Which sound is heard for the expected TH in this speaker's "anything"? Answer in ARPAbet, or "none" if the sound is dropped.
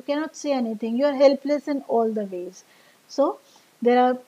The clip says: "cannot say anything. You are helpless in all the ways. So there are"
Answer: T